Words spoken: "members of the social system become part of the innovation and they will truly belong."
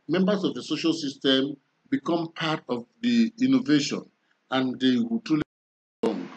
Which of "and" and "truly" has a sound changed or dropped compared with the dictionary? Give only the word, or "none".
truly